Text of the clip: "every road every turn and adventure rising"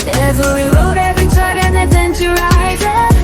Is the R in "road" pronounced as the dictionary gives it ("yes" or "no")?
no